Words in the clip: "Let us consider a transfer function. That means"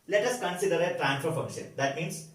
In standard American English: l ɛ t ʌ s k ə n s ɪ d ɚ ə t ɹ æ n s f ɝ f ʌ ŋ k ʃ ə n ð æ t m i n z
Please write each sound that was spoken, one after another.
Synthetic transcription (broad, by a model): l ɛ t ʌ s k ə n s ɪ d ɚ ə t ɹ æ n f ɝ f ʌ ŋ k ʃ ə n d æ t m i n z